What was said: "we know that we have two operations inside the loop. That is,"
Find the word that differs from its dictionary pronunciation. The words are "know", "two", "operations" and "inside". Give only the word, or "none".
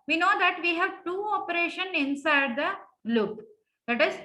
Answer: operations